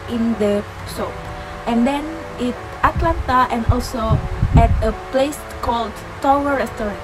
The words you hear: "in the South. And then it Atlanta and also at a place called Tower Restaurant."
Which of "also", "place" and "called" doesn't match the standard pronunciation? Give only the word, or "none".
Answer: none